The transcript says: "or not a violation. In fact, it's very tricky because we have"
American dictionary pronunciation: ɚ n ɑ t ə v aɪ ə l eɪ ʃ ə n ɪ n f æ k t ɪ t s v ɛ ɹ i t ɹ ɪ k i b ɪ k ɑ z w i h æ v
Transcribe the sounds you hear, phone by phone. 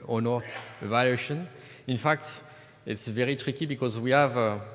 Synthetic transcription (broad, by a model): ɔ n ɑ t ə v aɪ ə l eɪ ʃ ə n ɪ n f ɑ k t ɪ t s v ɛ ɹ i t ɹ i k i b ɪ k ɑ z w i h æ v